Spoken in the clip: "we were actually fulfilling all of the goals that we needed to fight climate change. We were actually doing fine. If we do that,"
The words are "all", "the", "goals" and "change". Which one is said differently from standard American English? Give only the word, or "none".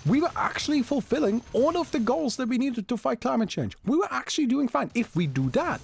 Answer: none